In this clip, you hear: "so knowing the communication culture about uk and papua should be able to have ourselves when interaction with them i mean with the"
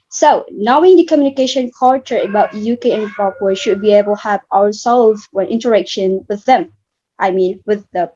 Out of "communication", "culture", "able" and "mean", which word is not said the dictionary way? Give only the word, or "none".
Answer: culture